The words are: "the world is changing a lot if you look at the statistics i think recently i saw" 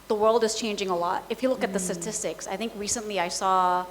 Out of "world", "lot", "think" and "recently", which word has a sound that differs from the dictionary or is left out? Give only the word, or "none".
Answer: none